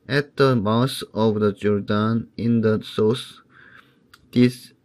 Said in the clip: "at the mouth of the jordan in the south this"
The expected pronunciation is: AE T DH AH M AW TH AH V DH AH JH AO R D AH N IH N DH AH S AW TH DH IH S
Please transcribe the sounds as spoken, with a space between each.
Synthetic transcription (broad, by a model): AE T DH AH M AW S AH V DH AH JH AO R D AH N IH N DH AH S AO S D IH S